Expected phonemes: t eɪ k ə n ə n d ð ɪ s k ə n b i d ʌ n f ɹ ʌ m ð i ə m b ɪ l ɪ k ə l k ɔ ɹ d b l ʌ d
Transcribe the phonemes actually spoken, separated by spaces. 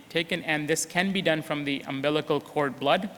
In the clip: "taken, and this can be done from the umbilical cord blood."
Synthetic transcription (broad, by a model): t eɪ k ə n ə n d ð ɪ s k ə n b i d ʌ n f ɹ ʌ m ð i ə m b ɪ l ɪ k ə l k ɔ ɹ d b l ʌ d